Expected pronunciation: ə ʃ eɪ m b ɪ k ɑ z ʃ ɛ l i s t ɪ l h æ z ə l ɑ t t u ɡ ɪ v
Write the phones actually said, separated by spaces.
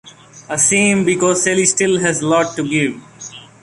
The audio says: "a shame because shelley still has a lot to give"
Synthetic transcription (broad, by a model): ə s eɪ m b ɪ k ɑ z s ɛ l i s t ɪ l h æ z l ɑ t t u ɡ ɪ v